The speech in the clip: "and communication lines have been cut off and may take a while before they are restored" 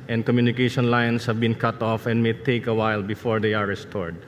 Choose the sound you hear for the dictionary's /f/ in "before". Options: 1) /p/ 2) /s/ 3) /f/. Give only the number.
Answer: 3